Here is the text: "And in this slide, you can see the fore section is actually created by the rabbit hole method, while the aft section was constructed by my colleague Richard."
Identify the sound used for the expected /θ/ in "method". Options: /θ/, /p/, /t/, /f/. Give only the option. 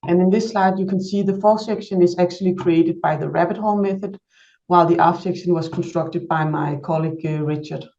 /θ/